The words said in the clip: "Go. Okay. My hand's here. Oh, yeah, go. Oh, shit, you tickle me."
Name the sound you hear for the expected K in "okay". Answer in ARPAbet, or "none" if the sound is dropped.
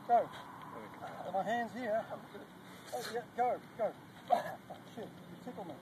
none